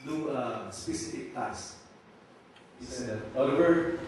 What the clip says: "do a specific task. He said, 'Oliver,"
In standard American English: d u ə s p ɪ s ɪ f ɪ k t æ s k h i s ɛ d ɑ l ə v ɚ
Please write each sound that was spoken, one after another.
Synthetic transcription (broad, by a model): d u ə s p ɪ s ɪ f ɪ k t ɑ k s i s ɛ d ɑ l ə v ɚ